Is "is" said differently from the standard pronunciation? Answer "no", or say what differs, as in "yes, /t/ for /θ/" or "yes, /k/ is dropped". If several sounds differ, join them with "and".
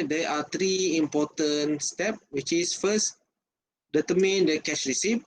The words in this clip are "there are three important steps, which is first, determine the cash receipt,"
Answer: yes, /s/ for /z/